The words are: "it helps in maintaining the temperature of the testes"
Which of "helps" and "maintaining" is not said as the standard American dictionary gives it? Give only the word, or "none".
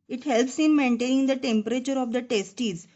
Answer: none